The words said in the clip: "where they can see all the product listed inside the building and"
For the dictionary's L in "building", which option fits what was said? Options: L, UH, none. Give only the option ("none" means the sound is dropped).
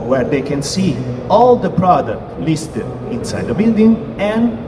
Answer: L